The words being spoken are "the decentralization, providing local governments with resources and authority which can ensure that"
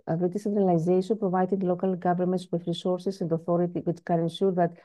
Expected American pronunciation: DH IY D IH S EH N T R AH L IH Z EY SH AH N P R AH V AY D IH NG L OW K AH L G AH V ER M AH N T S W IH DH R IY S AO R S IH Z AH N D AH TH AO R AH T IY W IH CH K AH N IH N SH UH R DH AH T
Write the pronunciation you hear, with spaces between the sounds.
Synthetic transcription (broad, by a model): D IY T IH S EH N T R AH L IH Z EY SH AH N P R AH V AY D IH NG L OW K AH L G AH V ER M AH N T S W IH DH R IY S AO R S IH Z AH N D AH TH AO R AH T IY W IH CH K AH N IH N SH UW R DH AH T